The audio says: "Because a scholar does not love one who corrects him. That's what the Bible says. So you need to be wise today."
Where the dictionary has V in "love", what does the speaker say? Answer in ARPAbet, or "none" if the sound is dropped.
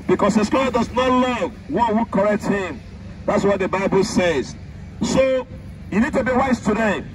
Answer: V